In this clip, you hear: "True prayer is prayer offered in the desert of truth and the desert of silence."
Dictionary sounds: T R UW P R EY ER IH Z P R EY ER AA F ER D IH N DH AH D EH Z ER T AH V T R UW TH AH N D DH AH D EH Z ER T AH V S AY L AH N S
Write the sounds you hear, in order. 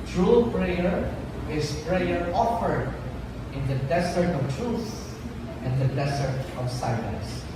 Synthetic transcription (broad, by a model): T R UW P R EY ER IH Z P R EY ER AA F ER D IH N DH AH D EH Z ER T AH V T R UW S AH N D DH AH D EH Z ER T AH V S AY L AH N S